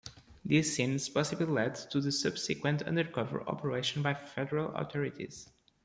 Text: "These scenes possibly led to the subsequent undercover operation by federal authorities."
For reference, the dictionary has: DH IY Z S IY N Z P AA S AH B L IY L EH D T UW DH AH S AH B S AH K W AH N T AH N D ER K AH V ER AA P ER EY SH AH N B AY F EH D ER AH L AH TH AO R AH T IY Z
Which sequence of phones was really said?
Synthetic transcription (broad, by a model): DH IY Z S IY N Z P AA S AH B L IY L EH D T UW DH AH S AH B S AH K W AH N T AH N D ER K AH V ER AA P ER EY SH AH N B AY F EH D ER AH L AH T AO R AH T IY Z